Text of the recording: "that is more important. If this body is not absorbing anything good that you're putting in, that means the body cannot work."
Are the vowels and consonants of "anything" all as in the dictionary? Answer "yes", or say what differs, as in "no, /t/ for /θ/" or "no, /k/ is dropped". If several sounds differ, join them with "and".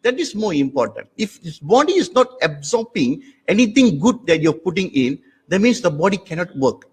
no, /t/ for /θ/